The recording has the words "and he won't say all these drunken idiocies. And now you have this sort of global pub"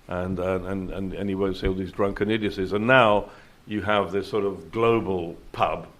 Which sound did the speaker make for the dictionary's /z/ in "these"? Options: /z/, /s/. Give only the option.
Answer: /z/